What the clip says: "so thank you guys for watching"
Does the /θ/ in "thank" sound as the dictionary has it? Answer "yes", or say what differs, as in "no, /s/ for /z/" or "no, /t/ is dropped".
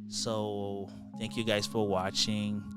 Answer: yes